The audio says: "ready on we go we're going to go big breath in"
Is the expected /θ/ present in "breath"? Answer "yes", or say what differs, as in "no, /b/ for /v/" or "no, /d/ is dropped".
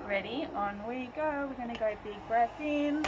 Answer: no, /s/ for /θ/